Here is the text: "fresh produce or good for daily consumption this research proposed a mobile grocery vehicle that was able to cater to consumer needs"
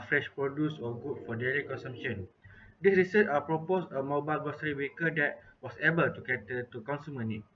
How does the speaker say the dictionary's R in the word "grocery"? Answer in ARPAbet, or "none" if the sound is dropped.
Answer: none